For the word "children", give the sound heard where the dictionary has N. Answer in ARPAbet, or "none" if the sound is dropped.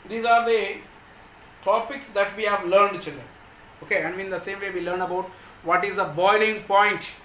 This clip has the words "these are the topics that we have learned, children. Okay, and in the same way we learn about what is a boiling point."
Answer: N